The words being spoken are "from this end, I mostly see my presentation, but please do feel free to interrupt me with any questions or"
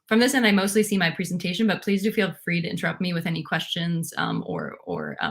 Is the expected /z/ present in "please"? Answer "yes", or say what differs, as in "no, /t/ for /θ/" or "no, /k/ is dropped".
yes